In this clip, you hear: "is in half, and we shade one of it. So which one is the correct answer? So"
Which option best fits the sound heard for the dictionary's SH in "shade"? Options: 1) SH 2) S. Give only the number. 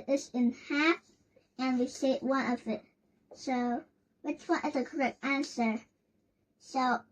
2